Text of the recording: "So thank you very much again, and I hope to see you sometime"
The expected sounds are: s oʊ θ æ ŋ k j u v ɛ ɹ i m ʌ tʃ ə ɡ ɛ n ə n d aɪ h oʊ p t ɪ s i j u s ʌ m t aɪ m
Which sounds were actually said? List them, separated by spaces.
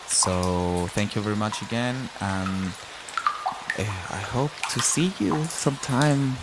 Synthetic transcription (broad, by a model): s oʊ θ æ ŋ k j u v ɛ ɹ i m ʌ tʃ ə ɡ ɛ n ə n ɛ aɪ h oʊ p t ɪ s i j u s ʌ m t aɪ m